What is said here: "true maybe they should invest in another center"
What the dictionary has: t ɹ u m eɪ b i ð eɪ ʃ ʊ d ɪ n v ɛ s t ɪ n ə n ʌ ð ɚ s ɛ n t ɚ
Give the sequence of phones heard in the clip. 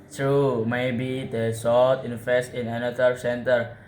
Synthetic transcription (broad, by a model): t ɹ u m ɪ b i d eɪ s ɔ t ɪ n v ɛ s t ɪ n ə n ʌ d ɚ s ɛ n t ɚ